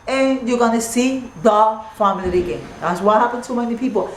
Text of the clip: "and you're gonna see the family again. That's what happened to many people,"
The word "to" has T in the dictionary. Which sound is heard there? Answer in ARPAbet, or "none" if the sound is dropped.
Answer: S